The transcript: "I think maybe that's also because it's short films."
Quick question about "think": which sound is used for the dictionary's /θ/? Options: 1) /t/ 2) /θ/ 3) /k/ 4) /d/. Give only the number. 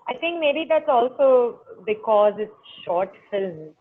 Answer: 1